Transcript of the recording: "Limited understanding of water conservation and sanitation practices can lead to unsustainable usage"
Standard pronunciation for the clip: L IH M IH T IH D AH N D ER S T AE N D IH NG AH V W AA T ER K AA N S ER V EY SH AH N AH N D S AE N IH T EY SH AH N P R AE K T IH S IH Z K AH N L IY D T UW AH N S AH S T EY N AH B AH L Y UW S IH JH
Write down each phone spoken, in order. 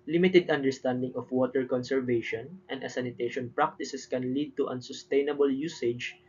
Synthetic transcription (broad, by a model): L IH M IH T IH D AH N D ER S T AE N D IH NG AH F W AA T ER K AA N S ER V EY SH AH N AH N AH S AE N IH T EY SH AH N P R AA K T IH S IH S K AH N L IY D T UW AH N S AH S T EY N AH B AH L Y UW S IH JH